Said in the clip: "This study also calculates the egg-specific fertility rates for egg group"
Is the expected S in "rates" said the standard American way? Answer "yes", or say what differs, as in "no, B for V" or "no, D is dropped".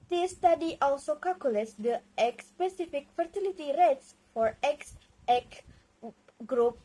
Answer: yes